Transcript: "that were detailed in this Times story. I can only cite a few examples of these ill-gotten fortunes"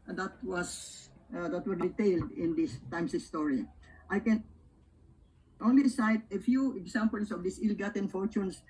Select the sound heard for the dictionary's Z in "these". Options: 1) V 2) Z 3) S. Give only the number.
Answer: 3